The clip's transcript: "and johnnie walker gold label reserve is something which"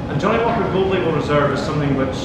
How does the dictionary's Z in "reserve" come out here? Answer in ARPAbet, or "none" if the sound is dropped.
Z